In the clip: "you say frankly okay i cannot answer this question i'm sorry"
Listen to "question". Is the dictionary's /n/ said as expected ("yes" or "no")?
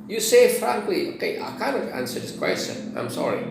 no